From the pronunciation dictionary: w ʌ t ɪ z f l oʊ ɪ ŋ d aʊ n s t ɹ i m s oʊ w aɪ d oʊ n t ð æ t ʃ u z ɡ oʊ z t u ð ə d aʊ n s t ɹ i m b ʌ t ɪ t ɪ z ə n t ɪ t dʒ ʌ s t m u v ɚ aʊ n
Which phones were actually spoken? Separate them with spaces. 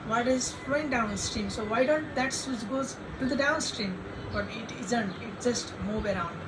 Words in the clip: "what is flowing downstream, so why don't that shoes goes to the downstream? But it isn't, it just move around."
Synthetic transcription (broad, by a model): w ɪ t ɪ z f l oʊ ɪ ŋ d aʊ n s t ɹ i m s oʊ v aɪ d oʊ n t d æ t s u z ɡ oʊ z t u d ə d aʊ n s t ɹ i m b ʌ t ɪ t ɪ z ə n t ɪ t dʒ ʌ s t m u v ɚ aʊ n